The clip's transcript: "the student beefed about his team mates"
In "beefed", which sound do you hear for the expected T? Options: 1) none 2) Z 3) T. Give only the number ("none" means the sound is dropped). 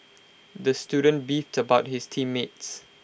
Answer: 3